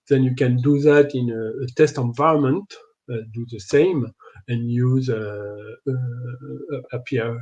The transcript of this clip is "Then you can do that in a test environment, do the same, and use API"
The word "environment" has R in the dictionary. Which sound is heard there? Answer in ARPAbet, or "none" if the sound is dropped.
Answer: R